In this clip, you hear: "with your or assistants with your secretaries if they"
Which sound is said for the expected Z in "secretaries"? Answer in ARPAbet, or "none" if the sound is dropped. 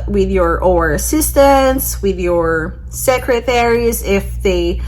Z